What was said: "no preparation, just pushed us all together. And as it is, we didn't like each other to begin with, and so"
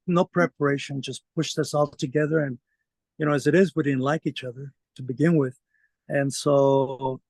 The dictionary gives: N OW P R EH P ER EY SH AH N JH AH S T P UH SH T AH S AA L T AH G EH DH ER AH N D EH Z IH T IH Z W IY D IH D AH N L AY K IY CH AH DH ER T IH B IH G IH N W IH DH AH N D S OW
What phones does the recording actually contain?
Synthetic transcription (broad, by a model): N OW P R EH P ER EY SH AH N JH AH S P UH SH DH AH S AA L T AH G EH DH ER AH N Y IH Z IH T IH Z W IY D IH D N L AY K IY CH AH DH ER T IH B IH G IH N W IH DH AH N S OW